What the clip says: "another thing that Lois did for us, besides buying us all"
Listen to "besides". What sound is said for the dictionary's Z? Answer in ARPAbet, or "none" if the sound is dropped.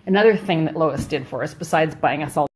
Z